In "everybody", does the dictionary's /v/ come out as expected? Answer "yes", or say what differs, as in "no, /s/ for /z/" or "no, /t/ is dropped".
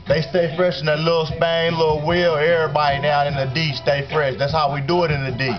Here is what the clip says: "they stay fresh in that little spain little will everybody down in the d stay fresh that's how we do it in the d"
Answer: no, /v/ is dropped